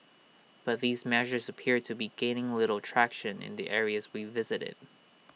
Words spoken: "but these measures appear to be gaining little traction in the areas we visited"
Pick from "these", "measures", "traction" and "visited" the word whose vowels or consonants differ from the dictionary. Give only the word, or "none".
none